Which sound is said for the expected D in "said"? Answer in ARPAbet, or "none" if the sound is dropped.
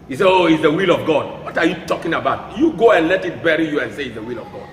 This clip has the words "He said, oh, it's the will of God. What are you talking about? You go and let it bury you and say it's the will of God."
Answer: none